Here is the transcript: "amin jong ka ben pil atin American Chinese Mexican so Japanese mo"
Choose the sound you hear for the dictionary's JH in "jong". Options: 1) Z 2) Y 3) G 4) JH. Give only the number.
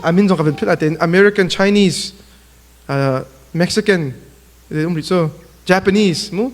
1